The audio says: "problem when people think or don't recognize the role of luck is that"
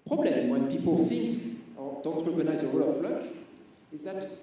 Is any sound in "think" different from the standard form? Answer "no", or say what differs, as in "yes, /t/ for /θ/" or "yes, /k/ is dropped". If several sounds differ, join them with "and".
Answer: yes, /f/ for /θ/